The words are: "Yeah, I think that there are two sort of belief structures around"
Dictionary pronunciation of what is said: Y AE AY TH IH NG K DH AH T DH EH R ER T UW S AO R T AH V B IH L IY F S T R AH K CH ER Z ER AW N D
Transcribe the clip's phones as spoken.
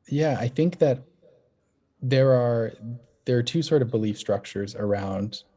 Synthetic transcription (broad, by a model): Y AE AY TH IH NG K DH AH T DH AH R ER T UW S AO R T AH V B IH L IY F S T R AH K CH ER Z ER AW N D